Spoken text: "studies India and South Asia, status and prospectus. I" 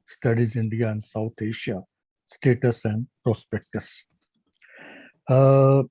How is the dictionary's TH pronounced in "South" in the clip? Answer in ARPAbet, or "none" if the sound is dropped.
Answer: T